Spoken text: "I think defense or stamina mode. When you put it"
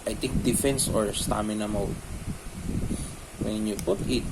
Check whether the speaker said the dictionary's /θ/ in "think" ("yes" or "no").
no